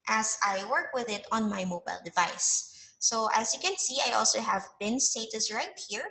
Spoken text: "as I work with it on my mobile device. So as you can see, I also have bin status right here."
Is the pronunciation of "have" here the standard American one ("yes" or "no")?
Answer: yes